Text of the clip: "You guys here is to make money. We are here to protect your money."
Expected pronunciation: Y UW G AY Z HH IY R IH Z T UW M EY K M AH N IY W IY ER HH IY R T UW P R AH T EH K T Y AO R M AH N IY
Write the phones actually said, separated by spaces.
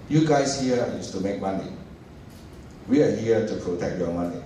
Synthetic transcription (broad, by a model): Y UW G AY S HH IY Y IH S T UW M EY K M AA N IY W IY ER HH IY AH T UW P R AH T EH K T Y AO M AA N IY